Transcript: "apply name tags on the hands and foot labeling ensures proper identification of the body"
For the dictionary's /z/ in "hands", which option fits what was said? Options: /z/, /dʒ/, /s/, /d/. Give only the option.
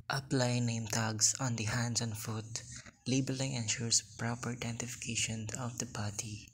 /s/